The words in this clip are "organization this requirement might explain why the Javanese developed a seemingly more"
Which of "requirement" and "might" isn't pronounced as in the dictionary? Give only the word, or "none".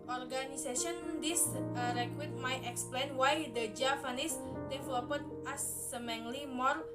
requirement